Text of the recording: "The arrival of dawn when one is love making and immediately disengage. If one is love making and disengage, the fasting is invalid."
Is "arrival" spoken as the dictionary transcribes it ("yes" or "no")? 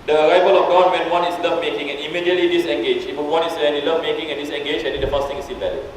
yes